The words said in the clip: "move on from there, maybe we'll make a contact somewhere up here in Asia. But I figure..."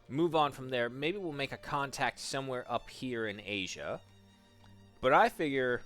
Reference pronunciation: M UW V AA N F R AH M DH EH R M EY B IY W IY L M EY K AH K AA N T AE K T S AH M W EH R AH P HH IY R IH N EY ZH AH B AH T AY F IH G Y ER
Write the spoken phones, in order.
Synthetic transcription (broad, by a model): M UW V N F R AH M DH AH R M EY B IY W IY L M EY K AH K AA N T AE K T S AH M W EH R AH P HH IY R IH N EY ZH AH B AH T AY F IH G Y ER